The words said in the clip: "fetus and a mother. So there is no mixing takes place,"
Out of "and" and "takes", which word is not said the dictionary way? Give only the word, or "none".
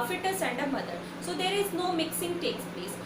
none